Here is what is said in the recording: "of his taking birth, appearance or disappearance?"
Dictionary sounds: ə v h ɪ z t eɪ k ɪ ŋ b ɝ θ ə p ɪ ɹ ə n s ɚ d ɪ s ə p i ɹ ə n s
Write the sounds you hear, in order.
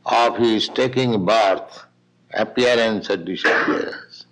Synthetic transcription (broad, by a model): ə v h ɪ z t eɪ k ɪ ŋ b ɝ t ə p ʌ ɹ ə n s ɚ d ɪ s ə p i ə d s